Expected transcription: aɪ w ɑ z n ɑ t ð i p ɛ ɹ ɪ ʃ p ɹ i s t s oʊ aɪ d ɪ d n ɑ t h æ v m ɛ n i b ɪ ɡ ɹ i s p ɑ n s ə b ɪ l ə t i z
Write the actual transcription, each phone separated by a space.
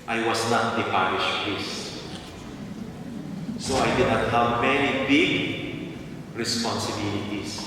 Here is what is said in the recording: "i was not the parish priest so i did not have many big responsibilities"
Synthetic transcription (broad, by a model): aɪ w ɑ s n ɑ t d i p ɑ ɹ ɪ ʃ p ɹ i s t s oʊ aɪ d ɪ d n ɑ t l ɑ w m ɛ n i b ɪ ɡ ɹ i s p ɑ n s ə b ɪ l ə t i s